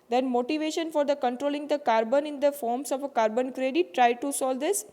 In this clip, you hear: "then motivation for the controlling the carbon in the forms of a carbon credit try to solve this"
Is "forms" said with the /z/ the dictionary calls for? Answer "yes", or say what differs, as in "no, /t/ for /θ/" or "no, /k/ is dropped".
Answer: no, /s/ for /z/